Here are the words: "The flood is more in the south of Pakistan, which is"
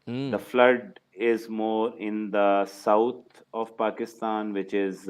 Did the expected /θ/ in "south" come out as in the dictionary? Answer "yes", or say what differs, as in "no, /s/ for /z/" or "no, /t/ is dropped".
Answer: no, /t/ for /θ/